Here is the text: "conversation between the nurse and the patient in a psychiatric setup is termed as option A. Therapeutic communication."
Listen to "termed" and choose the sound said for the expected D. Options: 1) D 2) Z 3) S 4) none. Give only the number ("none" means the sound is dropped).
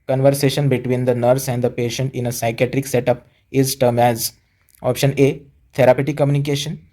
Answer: 4